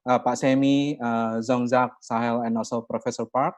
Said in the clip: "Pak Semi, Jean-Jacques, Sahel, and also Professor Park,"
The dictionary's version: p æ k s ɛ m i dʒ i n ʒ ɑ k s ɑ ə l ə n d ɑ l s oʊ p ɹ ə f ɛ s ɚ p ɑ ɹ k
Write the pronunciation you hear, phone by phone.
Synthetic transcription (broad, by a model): p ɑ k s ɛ m i z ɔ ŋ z ɑ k s ɑ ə l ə n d ɑ l s oʊ p ɹ ə f ɛ s ɚ p ɑ ɹ k